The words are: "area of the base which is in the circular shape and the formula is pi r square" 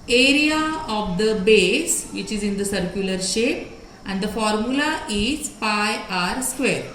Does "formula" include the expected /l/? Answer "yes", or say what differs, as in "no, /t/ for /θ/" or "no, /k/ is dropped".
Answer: yes